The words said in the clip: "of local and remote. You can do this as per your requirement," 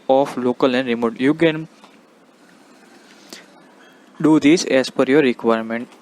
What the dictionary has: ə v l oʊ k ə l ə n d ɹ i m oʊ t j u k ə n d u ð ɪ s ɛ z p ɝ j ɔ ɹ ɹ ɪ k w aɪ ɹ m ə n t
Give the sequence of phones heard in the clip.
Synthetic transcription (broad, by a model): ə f l oʊ k ə l ə n d ɹ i m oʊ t j u k ə n d u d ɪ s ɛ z f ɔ j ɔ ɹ ɹ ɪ k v aɪ ɹ m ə n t